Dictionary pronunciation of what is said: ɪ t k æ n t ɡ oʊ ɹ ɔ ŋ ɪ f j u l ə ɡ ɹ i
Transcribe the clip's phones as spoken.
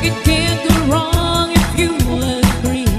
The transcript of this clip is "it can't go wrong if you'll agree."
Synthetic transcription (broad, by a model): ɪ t k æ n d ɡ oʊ ɹ ɔ ŋ ɪ f j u w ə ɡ ɹ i